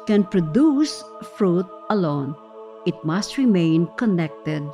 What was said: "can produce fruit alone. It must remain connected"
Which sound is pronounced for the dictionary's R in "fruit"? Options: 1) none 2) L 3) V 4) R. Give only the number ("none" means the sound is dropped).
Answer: 4